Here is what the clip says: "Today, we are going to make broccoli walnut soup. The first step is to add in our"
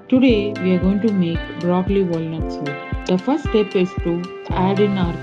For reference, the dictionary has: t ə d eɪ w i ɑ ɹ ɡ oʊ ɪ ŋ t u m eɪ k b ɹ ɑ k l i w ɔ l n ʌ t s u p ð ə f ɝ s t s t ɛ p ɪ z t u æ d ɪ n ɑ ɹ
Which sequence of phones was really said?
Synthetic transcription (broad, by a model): t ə d eɪ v i ɑ ɹ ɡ oʊ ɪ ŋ t u m eɪ k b ɹ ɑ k l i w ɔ l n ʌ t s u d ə f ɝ t s t ɛ p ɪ s t u æ d ɪ n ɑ ɹ